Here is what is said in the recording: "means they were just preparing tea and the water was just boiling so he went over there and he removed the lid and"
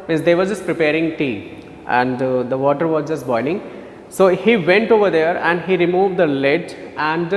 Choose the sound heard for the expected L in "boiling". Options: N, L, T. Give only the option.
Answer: N